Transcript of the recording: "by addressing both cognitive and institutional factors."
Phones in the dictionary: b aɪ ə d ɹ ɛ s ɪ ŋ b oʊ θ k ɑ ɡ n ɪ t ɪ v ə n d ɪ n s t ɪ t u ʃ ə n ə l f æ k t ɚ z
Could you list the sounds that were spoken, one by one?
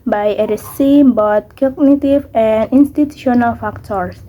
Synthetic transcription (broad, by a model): b aɪ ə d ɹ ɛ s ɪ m b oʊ t k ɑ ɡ n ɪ t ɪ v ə n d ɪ n s t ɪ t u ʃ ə n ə l f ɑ k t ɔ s